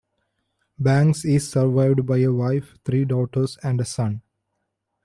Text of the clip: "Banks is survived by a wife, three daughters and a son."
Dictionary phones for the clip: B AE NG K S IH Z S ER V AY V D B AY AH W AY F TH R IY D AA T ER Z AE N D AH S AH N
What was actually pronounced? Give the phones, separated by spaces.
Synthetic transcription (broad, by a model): B AE NG K S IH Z S ER V AY V D B AY AH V AY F T R IY D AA T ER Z AE N D AH S AH N